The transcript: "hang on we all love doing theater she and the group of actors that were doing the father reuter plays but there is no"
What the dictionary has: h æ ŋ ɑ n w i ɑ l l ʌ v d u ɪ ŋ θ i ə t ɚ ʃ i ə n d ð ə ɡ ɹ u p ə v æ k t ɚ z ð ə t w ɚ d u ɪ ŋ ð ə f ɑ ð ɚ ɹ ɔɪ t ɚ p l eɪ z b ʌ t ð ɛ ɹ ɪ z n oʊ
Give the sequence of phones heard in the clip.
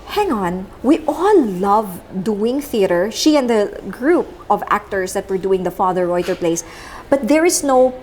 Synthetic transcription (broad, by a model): h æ ŋ ɑ n w i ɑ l l ʌ v d u ɪ ŋ θ i ə t ɚ ʃ i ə n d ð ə ɡ ɹ u p ə v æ k t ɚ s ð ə t w ɚ d u ɪ ŋ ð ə f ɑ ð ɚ ɹ ɔɪ t ɚ p l eɪ s b ʌ t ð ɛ ɹ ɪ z n oʊ